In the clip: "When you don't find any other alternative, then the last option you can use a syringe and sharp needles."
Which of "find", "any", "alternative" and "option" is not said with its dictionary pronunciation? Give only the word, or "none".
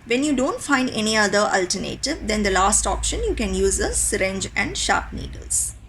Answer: none